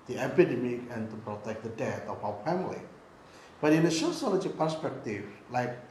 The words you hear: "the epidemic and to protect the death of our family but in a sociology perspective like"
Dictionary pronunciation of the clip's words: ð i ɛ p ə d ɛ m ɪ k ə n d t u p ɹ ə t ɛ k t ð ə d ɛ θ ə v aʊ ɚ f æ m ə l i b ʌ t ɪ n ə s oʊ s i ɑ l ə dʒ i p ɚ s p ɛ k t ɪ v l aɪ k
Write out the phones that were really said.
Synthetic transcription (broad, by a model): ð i ɛ p ə d ɛ m ɪ k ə n t u p ɹ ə t ɛ k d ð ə d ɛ t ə f aʊ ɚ f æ m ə l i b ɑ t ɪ n ə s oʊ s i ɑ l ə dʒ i p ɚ s p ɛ k t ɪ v l aɪ k